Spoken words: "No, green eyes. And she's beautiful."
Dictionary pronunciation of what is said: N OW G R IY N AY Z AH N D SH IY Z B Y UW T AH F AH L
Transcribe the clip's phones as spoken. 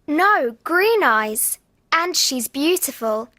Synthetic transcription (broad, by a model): N OW G R IY N AY Z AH N SH IY Z B Y UW T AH F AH L